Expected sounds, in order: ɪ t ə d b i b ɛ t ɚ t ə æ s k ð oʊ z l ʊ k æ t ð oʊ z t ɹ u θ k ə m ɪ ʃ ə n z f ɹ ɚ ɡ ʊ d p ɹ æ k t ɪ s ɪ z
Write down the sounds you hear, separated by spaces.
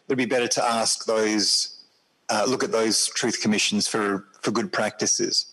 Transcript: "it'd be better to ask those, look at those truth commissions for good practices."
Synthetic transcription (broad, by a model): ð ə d b i b ɛ t ɚ t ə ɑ s k ð oʊ z l ʊ k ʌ t ð oʊ z t ɹ u θ k ə m ɪ ʃ ə n z f ɹ ɚ ɡ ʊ d p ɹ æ k t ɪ s ɪ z